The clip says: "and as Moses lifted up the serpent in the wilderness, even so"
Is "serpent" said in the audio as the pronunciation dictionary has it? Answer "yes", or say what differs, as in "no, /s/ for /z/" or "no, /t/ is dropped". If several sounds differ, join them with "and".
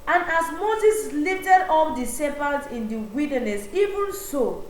no, /l/ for /n/